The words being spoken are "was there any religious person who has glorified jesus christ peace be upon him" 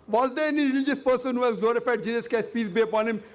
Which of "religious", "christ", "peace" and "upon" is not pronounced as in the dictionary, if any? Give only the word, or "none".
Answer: christ